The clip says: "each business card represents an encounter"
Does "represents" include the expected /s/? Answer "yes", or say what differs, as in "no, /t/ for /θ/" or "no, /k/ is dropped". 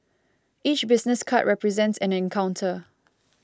yes